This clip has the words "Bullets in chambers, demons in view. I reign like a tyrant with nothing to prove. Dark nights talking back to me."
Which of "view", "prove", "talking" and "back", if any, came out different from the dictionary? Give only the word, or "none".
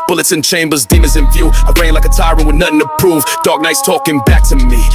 view